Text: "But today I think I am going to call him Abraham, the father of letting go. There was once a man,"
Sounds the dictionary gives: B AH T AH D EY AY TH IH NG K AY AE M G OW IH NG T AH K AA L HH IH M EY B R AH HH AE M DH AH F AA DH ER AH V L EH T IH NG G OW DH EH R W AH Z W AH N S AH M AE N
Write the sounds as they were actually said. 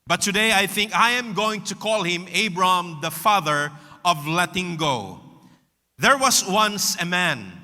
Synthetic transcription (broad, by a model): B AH T AH D EY AY TH IH NG K AY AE M G OW IH NG T AH K AA L HH IH M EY B R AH HH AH M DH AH F AA DH ER AH V L EH T IH NG G OW DH EH R W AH S W AH N S AH M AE N